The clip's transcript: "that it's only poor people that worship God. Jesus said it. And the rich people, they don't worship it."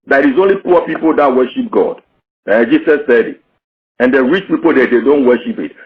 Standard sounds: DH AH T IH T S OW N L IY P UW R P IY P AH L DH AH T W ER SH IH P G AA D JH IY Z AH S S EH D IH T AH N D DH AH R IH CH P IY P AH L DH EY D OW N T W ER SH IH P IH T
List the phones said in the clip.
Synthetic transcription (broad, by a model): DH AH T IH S OW N L IY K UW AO P IY P AH L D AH T W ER SH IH P G AA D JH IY S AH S S EH D IH T AH N D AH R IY CH P IY P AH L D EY D OW N T W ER SH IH P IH T